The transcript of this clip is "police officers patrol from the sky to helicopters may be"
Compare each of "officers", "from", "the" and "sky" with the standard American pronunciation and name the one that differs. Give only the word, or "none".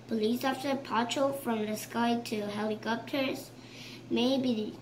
officers